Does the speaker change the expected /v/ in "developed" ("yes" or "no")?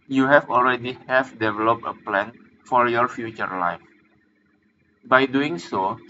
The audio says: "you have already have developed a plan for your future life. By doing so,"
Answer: no